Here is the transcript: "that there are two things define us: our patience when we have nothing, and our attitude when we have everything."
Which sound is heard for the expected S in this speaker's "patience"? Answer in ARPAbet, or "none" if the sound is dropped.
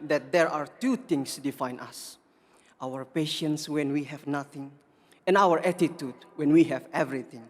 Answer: S